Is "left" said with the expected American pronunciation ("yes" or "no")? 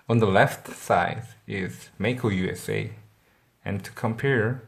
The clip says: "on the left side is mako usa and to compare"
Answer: yes